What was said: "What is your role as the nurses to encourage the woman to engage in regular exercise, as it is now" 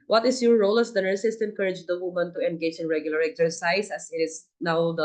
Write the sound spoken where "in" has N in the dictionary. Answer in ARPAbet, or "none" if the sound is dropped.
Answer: N